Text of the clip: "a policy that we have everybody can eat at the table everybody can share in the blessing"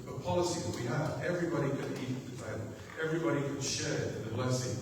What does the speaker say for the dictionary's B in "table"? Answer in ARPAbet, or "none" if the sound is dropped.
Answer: none